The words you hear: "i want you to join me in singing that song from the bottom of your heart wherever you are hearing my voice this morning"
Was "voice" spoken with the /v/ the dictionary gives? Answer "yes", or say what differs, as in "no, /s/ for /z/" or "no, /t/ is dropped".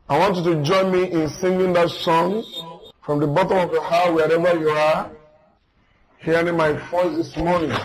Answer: no, /f/ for /v/